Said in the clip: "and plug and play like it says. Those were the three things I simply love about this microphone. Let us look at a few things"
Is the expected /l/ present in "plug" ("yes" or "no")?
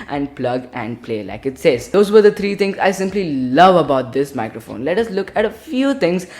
yes